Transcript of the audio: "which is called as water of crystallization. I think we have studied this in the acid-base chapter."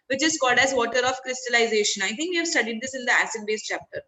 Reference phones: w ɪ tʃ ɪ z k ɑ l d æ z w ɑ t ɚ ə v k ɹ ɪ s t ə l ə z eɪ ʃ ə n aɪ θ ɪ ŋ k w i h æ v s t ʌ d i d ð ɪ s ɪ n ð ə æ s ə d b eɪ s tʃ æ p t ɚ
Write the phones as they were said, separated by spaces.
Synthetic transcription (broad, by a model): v ɪ tʃ ɪ z k ɑ l d æ z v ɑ t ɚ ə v k ɹ ɪ s t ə l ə z eɪ ʃ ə n aɪ t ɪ ŋ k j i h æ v s t ʌ d i d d ɪ s ɪ n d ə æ s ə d b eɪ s tʃ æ p t ɚ